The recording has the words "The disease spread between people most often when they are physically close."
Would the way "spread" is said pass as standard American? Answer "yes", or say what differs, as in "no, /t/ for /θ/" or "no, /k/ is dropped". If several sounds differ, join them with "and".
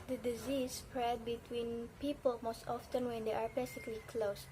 yes